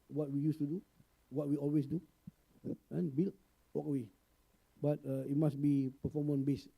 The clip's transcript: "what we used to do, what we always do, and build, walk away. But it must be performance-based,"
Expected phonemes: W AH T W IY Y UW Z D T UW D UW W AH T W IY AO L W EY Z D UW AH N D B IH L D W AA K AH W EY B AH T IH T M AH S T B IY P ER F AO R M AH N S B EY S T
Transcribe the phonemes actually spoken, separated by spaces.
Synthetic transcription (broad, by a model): W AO T W IY Y UW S T UW D UW W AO T W IY AO L W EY S D UW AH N B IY L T W AA K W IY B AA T IH T M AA S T B IY P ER F AO M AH N B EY S